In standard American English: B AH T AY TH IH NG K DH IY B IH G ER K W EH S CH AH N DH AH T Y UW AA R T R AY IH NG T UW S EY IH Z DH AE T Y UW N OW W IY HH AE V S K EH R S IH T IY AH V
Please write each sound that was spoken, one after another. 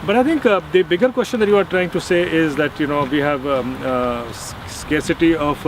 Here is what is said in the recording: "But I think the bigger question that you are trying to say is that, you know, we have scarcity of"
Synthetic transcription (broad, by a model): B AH T AY T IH NG K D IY B IH G ER K W EH S CH AH N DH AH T Y UW AA R T R AY IH NG T UW S EY IH Z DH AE T Y UW N OW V IY HH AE V S K EH R S IH T IY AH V